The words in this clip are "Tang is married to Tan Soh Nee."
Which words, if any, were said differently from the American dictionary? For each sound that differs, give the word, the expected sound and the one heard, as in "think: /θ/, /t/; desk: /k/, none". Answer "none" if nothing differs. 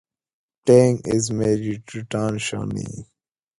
soh: /s/, /ʃ/